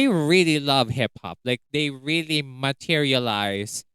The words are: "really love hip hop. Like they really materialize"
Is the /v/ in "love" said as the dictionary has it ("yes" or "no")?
yes